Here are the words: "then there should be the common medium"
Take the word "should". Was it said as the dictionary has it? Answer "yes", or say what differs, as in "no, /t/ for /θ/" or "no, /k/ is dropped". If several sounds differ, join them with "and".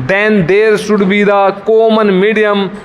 no, /s/ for /ʃ/